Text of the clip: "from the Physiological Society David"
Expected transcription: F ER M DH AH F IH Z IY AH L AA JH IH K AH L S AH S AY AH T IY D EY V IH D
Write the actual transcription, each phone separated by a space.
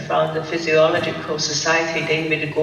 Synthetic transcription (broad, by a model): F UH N DH AH F IH Z IY AH L AA JH IH K AH L S AH S AY AH T IY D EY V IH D